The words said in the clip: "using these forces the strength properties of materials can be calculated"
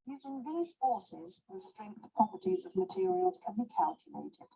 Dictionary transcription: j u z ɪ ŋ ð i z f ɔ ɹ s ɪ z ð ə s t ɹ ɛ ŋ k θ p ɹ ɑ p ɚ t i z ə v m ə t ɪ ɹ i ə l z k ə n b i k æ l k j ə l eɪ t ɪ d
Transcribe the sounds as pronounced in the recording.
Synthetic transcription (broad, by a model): j u z ɪ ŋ ð i z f ɔ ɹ s ɪ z ð ə s t ɹ ɛ ŋ k θ p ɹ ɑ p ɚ t i z ə v m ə t ɪ ɹ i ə l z k ə n b i k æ l k j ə l eɪ t ɪ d